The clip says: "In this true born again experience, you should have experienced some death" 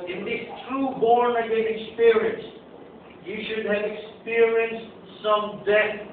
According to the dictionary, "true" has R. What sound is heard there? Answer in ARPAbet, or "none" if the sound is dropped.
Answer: R